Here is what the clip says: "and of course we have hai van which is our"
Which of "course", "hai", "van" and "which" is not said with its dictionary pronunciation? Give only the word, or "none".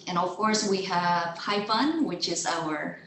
van